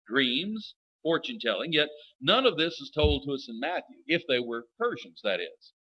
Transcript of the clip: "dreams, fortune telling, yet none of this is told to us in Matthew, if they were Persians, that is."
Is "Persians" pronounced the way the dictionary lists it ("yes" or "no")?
yes